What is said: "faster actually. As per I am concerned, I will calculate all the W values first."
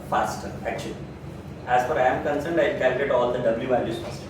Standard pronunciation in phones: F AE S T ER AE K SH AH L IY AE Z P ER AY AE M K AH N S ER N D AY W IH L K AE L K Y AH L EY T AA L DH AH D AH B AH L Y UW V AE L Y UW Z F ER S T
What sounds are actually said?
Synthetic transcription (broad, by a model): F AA S T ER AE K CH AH L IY AE Z F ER AY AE M K AH N S ER N D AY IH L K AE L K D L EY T AA L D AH D AH B L Y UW V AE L Y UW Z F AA S T